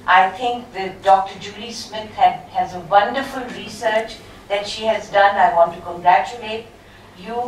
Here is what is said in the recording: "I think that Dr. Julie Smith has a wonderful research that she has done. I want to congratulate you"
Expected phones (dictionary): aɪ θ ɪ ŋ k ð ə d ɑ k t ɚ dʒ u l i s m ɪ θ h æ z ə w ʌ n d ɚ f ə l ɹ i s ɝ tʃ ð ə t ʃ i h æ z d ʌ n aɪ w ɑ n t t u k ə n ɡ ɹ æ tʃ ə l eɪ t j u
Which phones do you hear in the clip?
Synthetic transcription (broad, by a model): aɪ t ɪ ŋ k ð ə d ɑ k t ɚ dʒ u l i s m ɪ t h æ z ə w ʌ n d ɚ f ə l ɹ i s ɝ tʃ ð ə t ʃ i h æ z d ʌ n aɪ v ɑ n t t u k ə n ɡ ɹ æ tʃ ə l eɪ t j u